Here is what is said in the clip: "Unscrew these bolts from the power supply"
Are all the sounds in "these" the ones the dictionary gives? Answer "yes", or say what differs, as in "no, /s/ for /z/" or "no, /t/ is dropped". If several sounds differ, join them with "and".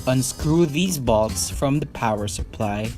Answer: yes